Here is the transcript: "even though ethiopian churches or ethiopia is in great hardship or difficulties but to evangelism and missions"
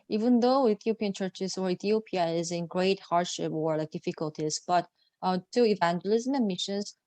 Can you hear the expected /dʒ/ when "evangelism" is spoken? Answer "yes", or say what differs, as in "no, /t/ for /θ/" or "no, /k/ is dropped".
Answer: yes